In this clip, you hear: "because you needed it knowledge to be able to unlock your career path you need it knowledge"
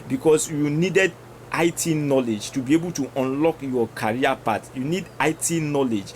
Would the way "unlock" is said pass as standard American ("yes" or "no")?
yes